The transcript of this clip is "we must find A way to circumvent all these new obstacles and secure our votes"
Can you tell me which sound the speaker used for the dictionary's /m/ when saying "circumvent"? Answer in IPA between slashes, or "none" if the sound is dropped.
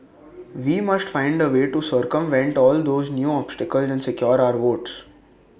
/m/